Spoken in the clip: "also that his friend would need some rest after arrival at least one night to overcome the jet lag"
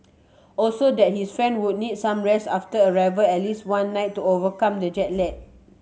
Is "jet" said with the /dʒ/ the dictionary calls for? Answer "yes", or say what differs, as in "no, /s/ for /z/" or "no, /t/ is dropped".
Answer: yes